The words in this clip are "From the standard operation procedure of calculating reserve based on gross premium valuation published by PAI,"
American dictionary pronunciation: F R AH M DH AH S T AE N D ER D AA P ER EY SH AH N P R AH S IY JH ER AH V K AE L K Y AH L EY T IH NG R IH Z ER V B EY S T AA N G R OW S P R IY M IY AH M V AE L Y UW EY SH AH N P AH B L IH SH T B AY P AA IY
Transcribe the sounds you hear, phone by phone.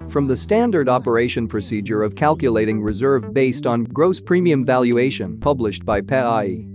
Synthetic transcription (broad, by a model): F R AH M DH AH S T AE N D ER D AA P ER EY SH AH N P R AH S IY JH ER AH V K AE L K Y AH L EY T IH NG R IH Z ER V B EY S T N G R OW S P R IY M IY AH M V AE L Y UW EY SH AH N P AH B L IH SH T B AY P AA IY